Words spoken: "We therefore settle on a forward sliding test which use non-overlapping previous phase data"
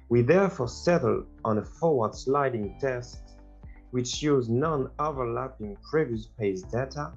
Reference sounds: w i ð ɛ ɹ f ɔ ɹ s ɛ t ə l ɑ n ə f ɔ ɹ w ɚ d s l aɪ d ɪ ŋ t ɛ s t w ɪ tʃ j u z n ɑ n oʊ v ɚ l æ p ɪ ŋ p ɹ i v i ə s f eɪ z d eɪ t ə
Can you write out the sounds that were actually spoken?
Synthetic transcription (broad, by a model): w i ð ɛ ɹ f ɔ ɹ s ɛ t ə l ɑ n ə f ɔ ɹ w ɚ d s l aɪ d ɪ ŋ t ɛ s t w ɪ tʃ j u z n ɑ n oʊ v ɚ l æ p ɪ ŋ p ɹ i v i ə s p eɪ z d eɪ t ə